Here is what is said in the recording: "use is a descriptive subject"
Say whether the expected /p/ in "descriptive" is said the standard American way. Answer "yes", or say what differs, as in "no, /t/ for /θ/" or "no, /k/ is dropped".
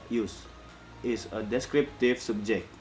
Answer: yes